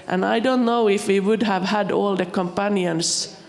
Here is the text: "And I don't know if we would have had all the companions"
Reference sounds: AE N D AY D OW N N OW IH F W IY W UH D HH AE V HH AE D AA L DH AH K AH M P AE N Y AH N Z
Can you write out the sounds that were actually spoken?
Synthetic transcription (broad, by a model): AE N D AY D OW N N OW IH F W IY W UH D HH AE V HH AE D AA L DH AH K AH M P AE N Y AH N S